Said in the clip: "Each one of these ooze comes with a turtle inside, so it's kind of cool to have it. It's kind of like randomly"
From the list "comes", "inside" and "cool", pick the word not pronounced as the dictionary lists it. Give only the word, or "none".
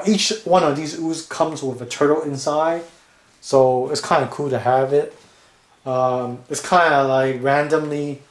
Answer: none